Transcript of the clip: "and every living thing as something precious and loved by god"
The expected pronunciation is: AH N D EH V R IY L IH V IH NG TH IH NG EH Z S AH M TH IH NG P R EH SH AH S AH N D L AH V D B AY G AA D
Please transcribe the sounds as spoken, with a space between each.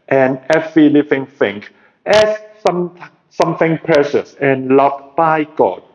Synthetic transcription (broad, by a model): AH N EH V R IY L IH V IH NG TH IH NG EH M S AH M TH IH NG P R EH SH AH S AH N L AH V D B AY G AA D